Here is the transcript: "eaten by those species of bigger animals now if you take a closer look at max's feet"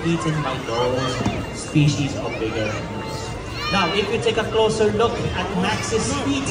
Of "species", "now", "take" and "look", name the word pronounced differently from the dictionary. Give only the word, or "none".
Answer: none